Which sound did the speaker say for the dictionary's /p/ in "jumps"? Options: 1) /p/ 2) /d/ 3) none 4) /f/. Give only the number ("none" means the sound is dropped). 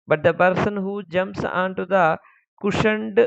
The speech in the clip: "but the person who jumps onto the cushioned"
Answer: 3